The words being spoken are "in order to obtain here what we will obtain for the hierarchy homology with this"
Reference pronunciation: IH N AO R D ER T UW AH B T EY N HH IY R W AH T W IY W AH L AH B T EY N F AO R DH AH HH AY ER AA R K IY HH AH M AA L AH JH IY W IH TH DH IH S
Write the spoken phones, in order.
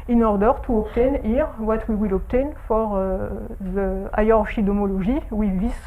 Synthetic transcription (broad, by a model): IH N AO R D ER T UW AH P T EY N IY R W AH T W IY W AH L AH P T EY N F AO R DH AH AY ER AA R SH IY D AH M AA L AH ZH IY W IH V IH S